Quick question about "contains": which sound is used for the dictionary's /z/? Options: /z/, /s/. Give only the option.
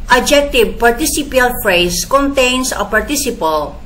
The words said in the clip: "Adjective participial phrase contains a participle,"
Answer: /s/